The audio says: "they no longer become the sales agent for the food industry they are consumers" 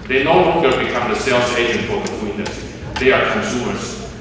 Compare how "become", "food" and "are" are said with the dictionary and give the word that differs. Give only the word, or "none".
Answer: food